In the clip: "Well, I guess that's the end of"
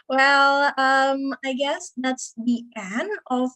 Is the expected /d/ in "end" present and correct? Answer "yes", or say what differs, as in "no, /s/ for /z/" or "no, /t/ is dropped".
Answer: no, /d/ is dropped